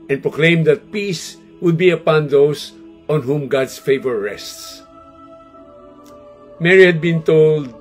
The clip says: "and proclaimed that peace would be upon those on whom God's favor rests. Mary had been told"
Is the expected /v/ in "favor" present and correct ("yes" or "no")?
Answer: yes